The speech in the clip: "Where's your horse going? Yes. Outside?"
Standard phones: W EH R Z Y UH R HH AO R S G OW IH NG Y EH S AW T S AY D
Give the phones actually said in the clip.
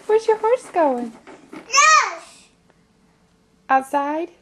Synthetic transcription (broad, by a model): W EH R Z Y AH R HH AO R S G OW IH NG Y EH AW T S AY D